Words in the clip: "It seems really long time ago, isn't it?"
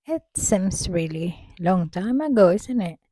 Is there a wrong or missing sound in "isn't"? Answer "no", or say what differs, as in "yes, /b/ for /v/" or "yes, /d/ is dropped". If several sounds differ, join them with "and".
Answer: yes, /s/ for /z/